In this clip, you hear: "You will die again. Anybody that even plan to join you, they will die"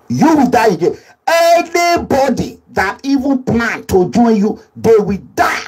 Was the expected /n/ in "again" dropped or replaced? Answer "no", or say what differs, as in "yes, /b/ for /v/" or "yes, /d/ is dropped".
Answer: yes, /n/ is dropped